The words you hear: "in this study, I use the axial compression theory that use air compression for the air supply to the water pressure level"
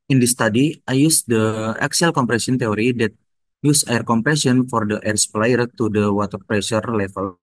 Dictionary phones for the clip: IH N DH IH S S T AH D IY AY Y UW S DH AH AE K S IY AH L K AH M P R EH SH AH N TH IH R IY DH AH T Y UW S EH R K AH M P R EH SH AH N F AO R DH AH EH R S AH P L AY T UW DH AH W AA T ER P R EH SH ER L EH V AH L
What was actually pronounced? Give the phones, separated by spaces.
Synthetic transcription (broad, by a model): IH N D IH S S T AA D IY AY Y UW S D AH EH K S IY L K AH M P R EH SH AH N T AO R IY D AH T Y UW S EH R K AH M P R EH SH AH N F AO R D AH EH R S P L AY T UW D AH W AA T ER P R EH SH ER L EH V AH L